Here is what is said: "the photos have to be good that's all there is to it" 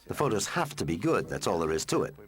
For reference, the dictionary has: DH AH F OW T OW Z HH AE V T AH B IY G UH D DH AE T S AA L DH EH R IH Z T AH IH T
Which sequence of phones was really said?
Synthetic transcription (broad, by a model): DH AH F OW T OW Z HH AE F T AH B IY G UH D DH AE T S AA L DH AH R IH Z T AH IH T